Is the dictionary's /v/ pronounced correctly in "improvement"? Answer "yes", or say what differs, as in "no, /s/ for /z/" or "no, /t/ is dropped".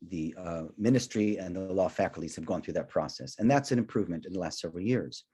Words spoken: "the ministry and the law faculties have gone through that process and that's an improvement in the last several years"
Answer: yes